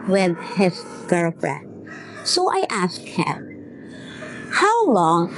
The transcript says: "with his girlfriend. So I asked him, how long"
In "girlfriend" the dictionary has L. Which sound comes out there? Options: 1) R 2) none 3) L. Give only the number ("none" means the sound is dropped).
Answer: 2